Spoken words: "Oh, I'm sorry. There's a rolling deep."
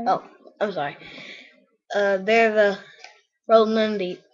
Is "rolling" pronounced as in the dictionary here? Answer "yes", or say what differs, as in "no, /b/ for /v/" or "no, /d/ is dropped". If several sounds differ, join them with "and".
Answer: no, /n/ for /l/